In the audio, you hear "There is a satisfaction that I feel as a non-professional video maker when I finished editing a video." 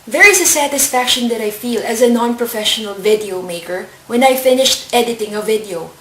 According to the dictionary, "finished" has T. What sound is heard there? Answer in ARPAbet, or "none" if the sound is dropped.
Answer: T